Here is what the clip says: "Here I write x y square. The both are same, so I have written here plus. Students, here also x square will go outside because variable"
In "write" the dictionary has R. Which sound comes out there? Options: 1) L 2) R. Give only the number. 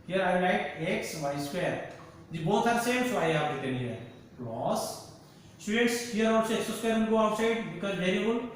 1